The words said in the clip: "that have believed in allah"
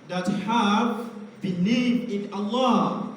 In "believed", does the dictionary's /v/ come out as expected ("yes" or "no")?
no